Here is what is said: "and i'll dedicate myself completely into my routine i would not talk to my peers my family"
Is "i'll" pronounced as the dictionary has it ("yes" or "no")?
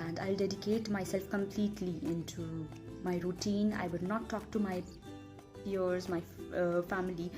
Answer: yes